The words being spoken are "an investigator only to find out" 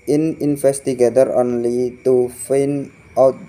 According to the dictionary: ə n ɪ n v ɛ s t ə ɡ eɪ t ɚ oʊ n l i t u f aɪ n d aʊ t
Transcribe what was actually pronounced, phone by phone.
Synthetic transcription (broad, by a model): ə n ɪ n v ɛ s t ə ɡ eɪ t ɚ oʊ n l i t u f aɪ n aʊ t